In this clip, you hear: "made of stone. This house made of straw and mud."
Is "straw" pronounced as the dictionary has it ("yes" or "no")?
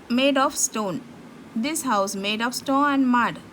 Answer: no